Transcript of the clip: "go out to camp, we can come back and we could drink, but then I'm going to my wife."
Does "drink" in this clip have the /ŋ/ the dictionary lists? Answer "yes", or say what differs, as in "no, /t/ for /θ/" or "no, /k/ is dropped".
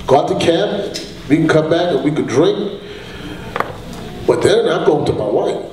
yes